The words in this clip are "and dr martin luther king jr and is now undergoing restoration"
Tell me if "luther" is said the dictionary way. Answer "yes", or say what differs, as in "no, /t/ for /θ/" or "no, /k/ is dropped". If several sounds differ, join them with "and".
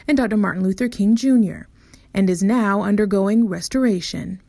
yes